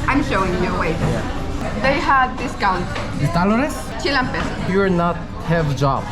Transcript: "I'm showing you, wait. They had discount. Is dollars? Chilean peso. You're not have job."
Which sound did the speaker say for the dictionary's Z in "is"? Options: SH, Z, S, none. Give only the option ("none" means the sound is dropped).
S